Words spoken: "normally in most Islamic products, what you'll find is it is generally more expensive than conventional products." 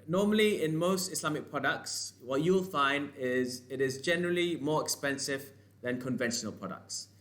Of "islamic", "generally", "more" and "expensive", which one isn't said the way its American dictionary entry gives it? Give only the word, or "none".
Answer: islamic